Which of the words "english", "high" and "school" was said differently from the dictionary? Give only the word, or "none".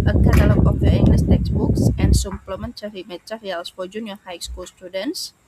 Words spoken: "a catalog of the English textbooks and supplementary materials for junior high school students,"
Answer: english